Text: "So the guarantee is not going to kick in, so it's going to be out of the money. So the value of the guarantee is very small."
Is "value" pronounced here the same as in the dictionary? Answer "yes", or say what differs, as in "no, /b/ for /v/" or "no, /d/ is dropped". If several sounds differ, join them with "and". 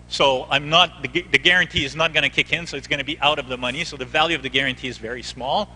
yes